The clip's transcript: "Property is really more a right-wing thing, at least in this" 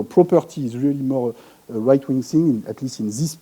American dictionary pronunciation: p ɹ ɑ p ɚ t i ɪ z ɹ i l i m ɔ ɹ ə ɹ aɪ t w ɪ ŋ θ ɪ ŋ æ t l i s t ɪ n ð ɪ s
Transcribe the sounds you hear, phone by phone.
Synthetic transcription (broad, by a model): p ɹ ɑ p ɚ t i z ɹ i l i m ɔ ɹ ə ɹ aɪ t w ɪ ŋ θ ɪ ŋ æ t l i s t ɪ n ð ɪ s